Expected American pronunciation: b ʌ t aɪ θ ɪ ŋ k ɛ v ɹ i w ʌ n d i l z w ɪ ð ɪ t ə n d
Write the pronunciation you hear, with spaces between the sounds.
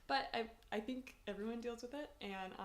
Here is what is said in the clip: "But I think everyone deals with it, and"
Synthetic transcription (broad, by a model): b ʌ t aɪ θ ɪ ŋ k ɛ v ɹ i w ʌ n d i l z w ɪ ð ɪ t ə n